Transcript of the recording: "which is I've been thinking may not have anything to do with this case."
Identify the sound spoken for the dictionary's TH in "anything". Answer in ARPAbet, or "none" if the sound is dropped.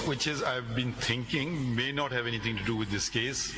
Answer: T